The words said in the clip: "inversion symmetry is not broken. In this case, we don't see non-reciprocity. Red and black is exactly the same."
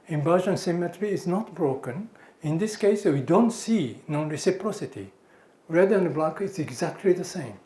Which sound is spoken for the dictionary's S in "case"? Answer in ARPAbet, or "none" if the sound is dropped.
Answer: S